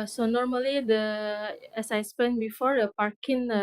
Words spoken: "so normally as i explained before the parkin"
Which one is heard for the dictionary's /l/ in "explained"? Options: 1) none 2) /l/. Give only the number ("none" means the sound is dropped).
1